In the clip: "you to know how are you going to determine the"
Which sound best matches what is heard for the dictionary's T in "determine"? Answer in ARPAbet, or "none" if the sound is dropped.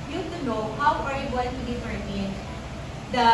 S